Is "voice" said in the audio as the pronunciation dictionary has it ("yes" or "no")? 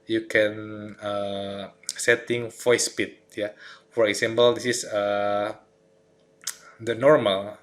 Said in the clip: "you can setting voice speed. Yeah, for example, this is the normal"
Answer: no